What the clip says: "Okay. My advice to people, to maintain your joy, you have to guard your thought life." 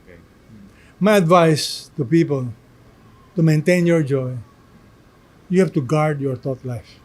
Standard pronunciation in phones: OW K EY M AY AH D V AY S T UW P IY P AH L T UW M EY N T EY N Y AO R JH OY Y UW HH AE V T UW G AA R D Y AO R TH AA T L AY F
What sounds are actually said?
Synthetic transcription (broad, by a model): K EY M AY AH D V AY S T UW P IY P AH L T UW M EY N T EY N Y AO R JH OY Y UW HH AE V T UW G AA R D Y AO R T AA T L AY F